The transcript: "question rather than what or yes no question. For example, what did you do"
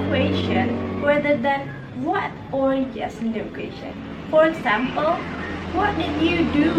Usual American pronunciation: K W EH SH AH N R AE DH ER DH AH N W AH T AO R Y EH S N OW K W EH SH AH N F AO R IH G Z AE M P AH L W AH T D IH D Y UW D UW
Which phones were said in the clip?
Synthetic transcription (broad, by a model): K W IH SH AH N W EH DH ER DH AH N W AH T AO R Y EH S N OW K W EH SH AH N F AO R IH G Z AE M P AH L W AH T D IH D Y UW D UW